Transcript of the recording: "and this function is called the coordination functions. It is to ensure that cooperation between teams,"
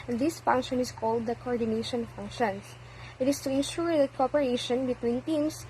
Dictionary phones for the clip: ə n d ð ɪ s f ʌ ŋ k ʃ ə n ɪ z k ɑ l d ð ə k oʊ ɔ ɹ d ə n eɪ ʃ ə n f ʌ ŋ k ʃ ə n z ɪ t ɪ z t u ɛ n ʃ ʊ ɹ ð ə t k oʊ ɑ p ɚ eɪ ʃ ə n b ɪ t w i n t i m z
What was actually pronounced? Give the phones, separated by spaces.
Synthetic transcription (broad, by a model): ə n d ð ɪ s f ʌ ŋ k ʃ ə n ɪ s k ɑ l d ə k oʊ ɔ ɹ d ə n eɪ ʃ ə n f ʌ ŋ k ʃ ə n s ɪ t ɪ s t u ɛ n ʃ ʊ ɹ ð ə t k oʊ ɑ p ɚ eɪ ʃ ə n b ɪ t w i n t i m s